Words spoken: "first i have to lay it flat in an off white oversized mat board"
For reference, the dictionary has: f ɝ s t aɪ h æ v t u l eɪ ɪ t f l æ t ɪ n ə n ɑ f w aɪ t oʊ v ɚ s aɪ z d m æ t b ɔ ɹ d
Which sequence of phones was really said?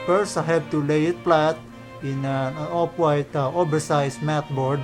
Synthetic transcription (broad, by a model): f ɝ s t aɪ h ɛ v t u l eɪ ɪ t p l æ t ɪ n ə n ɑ p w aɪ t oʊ b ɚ s aɪ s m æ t b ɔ ɹ d